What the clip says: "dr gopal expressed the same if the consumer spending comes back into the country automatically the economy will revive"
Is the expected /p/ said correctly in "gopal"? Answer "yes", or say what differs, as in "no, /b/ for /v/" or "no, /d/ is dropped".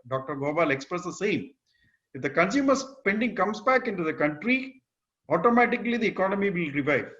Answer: no, /b/ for /p/